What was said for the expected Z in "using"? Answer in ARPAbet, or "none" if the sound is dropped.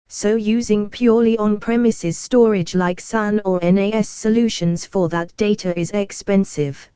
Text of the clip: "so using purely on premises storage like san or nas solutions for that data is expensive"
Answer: Z